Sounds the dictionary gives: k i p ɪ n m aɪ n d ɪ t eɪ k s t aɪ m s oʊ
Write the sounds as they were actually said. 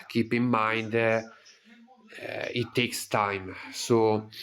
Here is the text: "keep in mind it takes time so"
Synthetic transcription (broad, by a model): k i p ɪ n m aɪ n d ɪ t eɪ k s t aɪ m s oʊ